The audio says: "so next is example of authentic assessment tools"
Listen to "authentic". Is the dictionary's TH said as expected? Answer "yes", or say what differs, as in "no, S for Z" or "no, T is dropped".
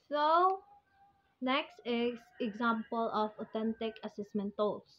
no, T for TH